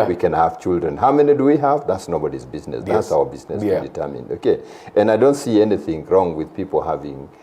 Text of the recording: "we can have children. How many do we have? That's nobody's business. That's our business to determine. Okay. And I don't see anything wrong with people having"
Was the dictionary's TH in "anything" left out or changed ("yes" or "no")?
no